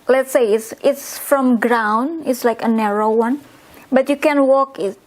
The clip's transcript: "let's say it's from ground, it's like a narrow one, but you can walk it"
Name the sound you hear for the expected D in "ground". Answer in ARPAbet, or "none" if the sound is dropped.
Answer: none